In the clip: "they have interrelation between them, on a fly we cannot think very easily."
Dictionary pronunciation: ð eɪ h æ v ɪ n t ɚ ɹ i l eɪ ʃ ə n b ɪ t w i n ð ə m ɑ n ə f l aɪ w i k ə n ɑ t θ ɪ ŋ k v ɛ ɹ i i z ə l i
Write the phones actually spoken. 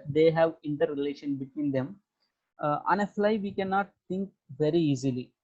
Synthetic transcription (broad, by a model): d eɪ h æ v ɪ n t ɚ ɹ i l eɪ ʃ ə n b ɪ t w i n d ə m ɑ n ə f l aɪ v i k ə n ɑ t t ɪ ŋ k v ɛ ɹ i i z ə l i